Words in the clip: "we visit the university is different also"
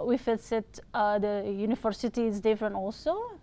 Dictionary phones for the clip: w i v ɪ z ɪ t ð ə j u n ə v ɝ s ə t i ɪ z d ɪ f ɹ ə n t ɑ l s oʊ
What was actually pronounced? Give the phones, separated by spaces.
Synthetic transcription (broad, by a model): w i f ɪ s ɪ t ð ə j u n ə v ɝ s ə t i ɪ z d ɪ f ɹ ə n t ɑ l s oʊ